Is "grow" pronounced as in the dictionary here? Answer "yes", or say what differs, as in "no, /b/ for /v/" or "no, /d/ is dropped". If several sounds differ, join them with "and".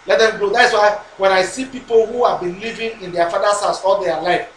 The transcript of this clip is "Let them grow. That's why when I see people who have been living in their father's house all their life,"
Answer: no, /ɹ/ is dropped